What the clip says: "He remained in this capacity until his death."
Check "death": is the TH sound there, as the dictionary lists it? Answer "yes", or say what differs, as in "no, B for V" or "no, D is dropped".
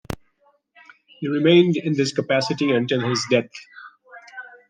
no, T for TH